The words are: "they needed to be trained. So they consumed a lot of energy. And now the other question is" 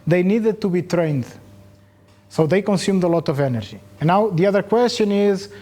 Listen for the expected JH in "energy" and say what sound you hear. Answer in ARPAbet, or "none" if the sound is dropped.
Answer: ZH